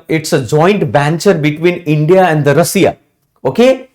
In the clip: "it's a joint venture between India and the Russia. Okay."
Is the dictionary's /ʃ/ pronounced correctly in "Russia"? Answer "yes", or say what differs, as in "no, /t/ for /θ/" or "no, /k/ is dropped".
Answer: no, /s/ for /ʃ/